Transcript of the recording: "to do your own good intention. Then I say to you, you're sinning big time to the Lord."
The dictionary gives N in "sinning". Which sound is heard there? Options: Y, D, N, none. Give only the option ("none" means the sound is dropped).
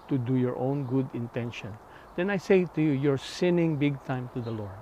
N